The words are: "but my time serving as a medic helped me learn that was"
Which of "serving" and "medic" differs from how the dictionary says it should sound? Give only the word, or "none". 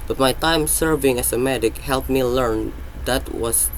none